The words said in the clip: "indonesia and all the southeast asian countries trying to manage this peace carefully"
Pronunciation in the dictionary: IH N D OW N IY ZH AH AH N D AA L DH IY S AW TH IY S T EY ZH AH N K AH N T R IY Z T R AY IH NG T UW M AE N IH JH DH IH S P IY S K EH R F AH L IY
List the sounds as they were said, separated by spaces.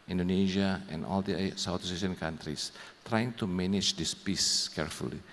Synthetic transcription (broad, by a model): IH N D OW N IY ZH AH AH N AA L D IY S AW T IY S EY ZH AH N K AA N T R IY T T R AY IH NG T UW M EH N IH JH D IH S P IY S K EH R F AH L IY